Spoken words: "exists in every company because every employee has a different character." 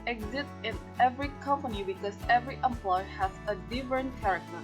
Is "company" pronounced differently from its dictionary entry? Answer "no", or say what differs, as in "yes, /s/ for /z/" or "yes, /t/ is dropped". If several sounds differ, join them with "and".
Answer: no